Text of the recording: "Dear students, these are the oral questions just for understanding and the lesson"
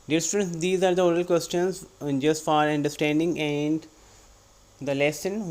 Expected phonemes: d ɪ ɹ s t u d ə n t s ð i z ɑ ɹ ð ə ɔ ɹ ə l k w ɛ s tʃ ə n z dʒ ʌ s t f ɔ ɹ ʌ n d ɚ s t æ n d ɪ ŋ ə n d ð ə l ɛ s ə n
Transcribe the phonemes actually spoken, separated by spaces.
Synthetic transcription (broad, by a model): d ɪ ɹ s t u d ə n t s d i z ɑ ɹ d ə ɔ ɹ ə l k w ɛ s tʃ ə n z dʒ ʌ s t f ɔ ɹ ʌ n d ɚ s t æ n d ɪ ŋ ə n d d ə l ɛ s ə n